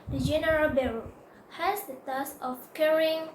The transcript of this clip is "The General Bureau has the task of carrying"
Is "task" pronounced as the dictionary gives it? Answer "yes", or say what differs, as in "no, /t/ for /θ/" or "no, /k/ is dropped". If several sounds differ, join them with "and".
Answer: no, /k/ is dropped